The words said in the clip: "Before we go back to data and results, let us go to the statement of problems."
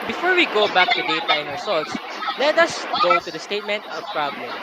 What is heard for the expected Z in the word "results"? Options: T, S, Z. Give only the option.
S